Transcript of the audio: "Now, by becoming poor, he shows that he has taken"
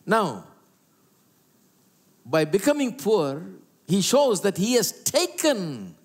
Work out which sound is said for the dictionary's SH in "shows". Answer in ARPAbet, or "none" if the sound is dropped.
SH